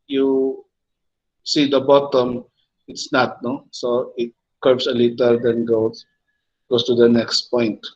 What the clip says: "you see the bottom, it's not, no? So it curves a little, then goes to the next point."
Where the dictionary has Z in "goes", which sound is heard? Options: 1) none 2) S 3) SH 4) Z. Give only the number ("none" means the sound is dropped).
2